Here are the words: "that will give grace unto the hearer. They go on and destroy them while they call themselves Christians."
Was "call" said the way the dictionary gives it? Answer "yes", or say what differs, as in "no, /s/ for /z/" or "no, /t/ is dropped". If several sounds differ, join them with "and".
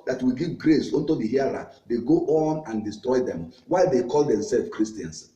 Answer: yes